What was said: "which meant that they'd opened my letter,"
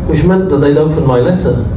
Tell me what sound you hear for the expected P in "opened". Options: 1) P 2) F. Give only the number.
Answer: 2